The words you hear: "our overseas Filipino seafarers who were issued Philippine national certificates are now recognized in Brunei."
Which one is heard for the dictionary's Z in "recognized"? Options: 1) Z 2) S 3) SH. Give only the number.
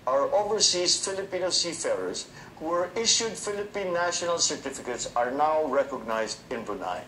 1